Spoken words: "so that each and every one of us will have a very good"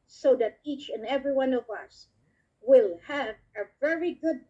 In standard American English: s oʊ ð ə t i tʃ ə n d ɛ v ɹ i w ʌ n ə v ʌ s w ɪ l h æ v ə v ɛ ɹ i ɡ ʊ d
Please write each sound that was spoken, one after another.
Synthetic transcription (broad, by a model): s oʊ ð ə t i tʃ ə n ɛ v ɹ i w ʌ n ə v ʌ s w ɪ l h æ v ə v ɛ ɹ i ɡ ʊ d